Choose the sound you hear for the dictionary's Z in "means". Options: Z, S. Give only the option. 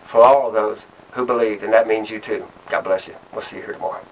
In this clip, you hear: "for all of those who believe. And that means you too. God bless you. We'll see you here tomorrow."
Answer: Z